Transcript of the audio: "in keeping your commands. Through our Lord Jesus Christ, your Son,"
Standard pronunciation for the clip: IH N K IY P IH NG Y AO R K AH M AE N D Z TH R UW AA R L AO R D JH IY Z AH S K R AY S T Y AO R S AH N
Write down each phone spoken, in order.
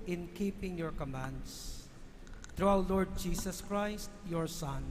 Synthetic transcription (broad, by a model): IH N K IY P IH NG Y AO R K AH M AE N D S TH R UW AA W L AO R D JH IY S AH S K R AY S T Y AO R S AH N